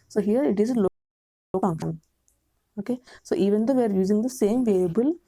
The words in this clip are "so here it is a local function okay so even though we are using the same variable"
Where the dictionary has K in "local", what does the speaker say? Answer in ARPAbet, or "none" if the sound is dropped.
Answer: none